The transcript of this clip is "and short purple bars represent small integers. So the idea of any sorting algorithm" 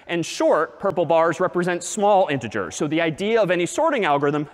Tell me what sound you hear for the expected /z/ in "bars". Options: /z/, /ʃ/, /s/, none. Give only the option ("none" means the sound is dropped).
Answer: /z/